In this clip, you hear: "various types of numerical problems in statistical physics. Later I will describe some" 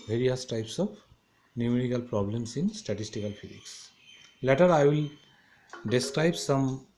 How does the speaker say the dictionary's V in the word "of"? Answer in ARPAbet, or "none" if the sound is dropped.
P